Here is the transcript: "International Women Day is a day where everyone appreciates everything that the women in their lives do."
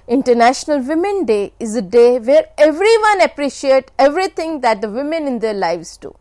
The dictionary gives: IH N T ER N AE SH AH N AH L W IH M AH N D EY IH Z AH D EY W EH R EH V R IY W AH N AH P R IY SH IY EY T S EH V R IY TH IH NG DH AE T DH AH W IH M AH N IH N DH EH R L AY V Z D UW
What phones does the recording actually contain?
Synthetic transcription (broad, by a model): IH N T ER N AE SH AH N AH L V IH M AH N D EY IH Z AH D EY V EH R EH V R IY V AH N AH P R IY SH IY EY T EH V R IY T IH NG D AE T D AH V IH M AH N IH N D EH R L AY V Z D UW